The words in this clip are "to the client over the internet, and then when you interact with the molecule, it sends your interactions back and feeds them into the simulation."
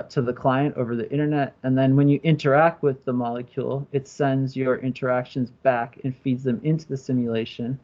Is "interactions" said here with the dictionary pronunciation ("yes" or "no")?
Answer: yes